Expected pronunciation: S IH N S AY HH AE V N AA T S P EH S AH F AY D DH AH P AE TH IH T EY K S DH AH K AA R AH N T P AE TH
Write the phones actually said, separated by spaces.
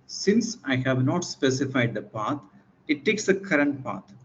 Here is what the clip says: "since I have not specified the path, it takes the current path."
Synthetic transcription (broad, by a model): S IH N S AY HH AE V N AA T S P EH S AH F AY D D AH P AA T IH T EY K S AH K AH R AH N T P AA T